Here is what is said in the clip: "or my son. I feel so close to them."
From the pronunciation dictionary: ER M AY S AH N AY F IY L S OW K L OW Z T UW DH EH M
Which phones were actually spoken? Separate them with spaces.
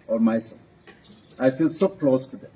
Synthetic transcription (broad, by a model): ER M AY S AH AY F IY L S OW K L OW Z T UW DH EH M